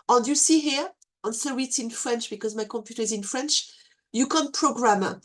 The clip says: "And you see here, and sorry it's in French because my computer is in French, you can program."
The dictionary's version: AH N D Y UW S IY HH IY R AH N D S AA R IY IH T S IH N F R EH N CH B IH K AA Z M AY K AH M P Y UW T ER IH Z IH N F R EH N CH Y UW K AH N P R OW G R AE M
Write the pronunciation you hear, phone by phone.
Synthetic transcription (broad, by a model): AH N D Y UW S IY HH IY R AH N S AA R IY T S IH N F R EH N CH B IH K AA Z M AY K AH M P Y UW T ER IH Z IH N F R EH N CH Y UW K AH N P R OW G R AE M